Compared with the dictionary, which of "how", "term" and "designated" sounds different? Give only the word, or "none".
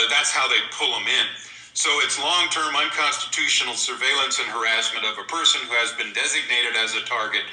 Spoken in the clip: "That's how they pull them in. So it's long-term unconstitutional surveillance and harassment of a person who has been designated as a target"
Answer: none